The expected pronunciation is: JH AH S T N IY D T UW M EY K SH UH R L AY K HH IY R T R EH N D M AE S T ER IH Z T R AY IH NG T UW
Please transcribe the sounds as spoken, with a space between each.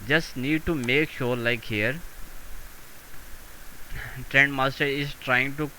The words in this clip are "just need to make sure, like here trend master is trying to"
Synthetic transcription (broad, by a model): JH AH S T N IY D T UW M EY K SH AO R L AY K HH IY R T R EH N D M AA S T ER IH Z T R AY IH NG T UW